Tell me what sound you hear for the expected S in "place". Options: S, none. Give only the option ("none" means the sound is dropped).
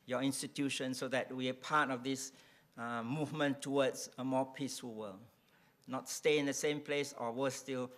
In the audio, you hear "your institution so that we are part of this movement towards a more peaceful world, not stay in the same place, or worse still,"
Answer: S